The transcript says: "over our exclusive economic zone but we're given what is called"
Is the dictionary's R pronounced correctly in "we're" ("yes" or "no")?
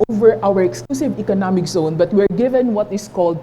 yes